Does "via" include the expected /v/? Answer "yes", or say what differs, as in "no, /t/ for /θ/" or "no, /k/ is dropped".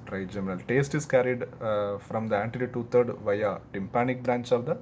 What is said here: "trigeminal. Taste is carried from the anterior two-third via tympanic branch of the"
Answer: yes